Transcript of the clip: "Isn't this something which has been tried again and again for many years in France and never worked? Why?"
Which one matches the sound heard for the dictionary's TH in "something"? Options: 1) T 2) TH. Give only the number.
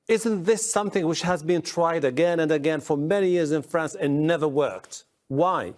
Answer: 2